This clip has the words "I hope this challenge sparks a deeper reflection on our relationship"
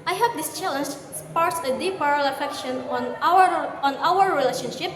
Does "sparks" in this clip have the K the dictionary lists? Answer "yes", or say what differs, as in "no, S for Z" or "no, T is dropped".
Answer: no, K is dropped